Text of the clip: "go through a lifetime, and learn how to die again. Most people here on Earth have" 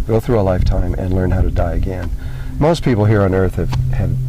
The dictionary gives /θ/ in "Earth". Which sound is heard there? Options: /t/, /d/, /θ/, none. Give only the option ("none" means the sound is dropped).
/θ/